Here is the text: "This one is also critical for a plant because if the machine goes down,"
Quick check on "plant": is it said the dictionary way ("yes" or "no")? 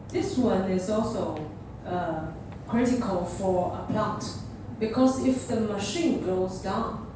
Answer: no